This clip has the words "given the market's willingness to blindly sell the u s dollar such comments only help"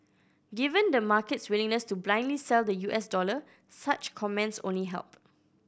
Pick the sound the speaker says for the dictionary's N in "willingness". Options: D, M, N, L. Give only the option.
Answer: N